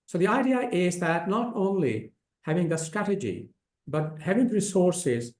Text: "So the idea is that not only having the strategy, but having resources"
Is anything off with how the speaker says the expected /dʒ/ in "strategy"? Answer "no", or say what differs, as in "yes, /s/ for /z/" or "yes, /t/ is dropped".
no